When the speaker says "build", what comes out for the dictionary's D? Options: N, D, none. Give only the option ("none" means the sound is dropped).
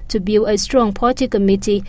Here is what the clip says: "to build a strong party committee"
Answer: none